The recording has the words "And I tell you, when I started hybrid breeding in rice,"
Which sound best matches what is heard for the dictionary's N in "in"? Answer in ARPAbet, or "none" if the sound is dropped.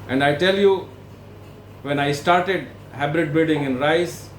N